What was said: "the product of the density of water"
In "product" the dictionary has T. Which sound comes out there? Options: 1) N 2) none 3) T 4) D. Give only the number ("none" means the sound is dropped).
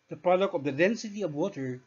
2